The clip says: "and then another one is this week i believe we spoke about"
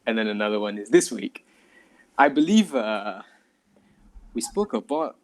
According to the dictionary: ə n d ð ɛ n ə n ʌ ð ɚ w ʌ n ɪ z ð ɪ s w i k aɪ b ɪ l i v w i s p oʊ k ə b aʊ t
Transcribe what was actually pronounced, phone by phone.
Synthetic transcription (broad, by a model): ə n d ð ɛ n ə n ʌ ð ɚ w ʌ n ɪ z ð ɪ s w i k aɪ b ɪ l i v w i s p oʊ k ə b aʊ t